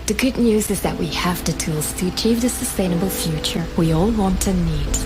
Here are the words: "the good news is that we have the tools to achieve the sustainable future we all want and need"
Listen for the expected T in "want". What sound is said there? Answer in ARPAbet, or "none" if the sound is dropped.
T